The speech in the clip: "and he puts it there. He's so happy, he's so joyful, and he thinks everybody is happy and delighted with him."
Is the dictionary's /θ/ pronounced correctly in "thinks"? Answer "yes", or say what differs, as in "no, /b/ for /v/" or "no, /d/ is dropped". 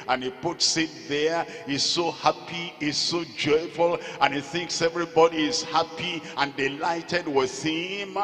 yes